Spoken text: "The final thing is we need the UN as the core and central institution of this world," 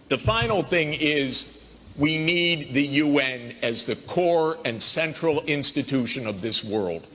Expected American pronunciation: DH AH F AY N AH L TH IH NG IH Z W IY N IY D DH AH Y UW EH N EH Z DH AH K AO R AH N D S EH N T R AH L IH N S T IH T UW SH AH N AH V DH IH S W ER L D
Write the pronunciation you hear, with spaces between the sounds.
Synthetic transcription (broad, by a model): DH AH F AY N L TH IH NG IH Z W IY N IY D DH AH Y UW EH N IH Z DH AH K AO R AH N S EH N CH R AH L IH N S T IH T UW SH AH N AH V DH IH S W ER L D